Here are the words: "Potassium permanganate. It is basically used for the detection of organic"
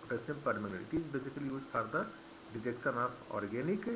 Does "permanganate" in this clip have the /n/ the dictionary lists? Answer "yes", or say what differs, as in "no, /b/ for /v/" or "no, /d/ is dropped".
no, /l/ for /n/